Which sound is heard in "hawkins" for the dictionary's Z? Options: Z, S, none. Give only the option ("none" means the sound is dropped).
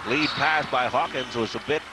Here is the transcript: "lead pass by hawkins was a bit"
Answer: Z